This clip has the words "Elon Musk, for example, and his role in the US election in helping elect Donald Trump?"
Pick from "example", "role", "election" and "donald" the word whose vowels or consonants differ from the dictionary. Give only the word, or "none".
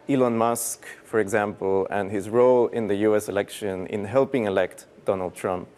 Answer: none